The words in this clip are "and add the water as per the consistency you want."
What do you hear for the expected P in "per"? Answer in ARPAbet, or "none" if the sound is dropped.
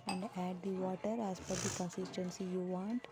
F